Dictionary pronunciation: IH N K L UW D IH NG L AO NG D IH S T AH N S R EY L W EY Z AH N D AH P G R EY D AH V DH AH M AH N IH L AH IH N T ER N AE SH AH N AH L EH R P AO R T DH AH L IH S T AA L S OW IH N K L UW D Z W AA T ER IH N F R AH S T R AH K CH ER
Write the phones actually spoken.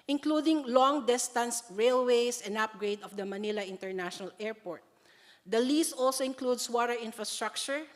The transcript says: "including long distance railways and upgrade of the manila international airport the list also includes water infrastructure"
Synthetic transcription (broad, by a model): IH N K L UW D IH NG L AO NG D IH S T AH N S R EY L W EY S AH N D AH P G R EY D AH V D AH M AH N IH L AH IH N T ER N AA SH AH N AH L EH R P AO R T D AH L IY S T AA L S OW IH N K L UW D S W AA T ER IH N F R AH S T R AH K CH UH